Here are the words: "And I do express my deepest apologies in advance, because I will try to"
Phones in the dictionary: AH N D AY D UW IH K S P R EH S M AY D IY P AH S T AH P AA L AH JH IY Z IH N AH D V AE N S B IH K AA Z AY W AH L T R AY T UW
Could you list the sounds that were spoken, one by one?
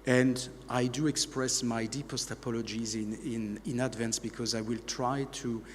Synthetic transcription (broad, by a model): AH N D AY D UW IH K S P R EH S M AY D IY P AH S T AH P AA L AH JH IY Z IH N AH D V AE N S B IH K AA Z AY W AH L T R AY T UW